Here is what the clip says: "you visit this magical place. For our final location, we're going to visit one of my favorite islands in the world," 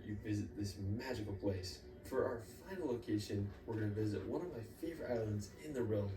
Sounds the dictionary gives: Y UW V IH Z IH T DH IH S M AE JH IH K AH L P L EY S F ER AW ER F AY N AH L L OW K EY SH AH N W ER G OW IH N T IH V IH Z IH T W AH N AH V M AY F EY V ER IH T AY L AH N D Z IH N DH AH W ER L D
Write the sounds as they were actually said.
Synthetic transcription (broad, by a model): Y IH V IH Z IH T DH IH S M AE JH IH K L P L EY S F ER AW ER F AY N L L OW K EY SH AH N W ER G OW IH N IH V IH Z IH T W AH N AH V M AY F EY V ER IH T AY L AH N D Z IH N DH AH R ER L